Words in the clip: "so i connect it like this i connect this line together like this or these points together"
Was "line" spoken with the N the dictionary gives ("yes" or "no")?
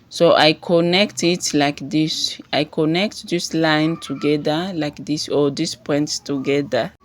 yes